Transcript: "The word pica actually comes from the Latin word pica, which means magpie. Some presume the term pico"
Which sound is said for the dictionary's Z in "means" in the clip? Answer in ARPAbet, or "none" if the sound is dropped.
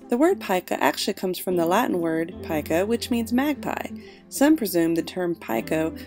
Z